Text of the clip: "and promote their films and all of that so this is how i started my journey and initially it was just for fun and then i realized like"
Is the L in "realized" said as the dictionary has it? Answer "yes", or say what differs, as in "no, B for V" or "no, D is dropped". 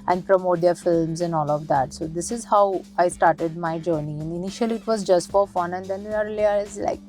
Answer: no, L is dropped